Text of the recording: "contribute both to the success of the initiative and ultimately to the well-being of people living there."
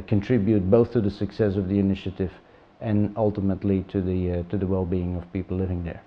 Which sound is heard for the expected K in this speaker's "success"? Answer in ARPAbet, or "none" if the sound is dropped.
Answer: K